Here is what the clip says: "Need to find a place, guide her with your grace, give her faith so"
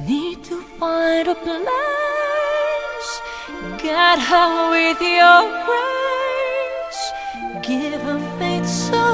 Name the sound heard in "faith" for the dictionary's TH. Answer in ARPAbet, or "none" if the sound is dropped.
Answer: T